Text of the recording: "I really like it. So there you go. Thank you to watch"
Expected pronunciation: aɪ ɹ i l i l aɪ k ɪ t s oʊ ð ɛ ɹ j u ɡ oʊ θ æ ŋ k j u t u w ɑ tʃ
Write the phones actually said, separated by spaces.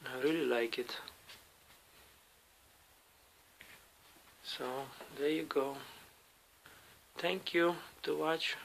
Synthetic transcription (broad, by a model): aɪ ɹ i l i l aɪ k ɪ t s oʊ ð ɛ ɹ j u ɡ oʊ t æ ŋ k j u t u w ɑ tʃ